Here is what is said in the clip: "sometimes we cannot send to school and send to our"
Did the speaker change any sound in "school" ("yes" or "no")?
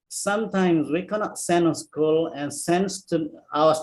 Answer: no